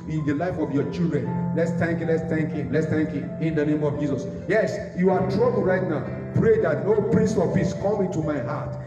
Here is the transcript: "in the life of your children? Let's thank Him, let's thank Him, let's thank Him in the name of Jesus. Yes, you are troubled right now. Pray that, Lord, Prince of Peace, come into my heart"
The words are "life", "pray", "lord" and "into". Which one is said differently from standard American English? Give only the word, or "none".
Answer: lord